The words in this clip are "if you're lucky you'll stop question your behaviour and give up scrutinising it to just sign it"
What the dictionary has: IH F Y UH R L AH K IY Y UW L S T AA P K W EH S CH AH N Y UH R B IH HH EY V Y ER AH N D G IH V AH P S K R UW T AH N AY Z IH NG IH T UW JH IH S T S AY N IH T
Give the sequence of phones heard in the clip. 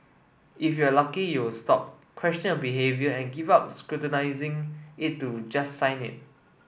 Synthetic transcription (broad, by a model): IH F Y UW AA L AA K IY Y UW W S T AA P K W EH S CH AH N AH L B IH HH EY V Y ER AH N G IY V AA P S K R UW T AH N AY Z IH NG IH T UW JH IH S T S AY N IH T